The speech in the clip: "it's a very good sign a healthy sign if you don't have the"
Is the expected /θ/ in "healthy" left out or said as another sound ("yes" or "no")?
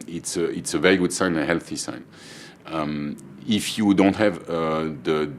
no